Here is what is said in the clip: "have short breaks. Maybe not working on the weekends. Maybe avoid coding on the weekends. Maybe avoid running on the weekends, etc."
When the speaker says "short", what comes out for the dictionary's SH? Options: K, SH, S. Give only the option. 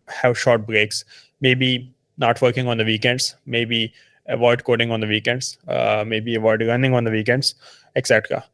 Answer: SH